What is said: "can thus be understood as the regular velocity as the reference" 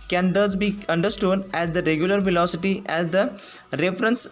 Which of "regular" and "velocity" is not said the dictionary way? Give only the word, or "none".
none